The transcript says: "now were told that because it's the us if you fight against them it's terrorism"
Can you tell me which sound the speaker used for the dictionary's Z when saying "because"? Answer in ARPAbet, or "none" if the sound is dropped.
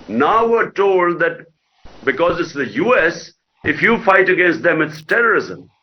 Z